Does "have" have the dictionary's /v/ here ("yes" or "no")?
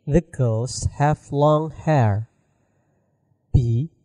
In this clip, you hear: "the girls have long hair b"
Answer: no